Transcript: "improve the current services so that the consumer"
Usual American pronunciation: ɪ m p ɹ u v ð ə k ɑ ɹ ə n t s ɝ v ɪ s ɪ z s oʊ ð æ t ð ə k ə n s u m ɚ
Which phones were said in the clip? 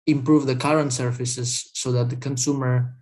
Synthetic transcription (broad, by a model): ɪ m p ɹ u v ð ə k ɑ ɹ ə n t s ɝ f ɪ s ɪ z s oʊ ð æ t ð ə k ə n s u m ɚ